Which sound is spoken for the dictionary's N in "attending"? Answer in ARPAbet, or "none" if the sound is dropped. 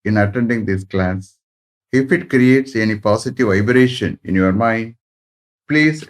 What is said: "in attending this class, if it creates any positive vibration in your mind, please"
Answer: N